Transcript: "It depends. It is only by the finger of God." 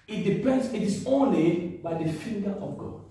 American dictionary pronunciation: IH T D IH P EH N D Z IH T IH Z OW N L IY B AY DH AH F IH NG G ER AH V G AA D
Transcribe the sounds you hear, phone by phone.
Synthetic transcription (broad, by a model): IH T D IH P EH N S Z IH T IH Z OW N L IY B AY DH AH F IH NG G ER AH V G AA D